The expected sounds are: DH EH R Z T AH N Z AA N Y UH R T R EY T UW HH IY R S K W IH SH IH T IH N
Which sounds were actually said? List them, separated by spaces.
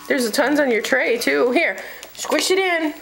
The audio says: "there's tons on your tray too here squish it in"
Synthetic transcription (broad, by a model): DH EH R Z T AH N Z AA N Y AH R T R EY T UW HH IY R S K W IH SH IH T IH N